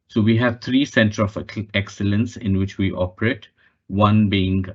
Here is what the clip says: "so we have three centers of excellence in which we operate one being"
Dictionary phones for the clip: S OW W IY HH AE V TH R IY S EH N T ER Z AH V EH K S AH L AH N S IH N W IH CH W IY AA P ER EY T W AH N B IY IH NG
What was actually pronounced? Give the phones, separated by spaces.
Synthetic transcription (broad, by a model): S OW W IY HH AE V T R IY S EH N T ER AH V EH K S AH L AH N S IH N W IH CH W IY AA P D EY T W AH N B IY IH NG